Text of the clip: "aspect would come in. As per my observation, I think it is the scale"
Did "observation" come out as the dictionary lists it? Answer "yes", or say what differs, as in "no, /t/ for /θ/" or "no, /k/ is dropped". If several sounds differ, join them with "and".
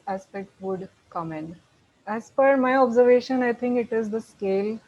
yes